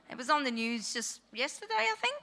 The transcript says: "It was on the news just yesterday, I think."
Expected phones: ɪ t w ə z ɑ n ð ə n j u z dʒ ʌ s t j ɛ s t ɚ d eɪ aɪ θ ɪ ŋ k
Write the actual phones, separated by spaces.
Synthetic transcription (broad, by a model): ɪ t w ə z n ð ə n j u z dʒ ʌ s t j ɛ s t ɚ d eɪ aɪ θ ɪ ŋ k